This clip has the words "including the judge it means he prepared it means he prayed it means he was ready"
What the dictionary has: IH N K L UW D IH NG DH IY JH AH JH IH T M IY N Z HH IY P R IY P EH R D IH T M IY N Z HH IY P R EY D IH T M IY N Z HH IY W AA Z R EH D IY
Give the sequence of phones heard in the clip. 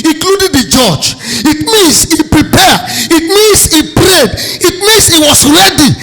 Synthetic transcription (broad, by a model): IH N K L UW D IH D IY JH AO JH IH T M IY N S HH IY P R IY P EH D IH T M IY N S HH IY P R EY D IH T M IY N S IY W AA S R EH D IY